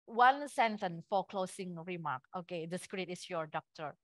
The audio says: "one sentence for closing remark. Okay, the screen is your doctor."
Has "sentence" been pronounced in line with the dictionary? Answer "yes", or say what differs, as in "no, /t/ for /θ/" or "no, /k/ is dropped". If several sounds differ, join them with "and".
no, /s/ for /t/ and /s/ is dropped